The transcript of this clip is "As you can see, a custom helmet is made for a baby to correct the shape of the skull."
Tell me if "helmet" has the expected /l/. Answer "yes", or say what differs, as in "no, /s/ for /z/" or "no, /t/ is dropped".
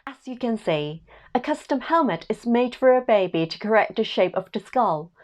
yes